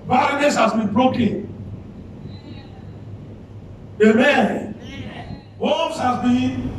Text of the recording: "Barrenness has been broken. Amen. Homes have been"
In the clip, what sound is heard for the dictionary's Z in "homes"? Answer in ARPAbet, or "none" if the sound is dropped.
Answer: S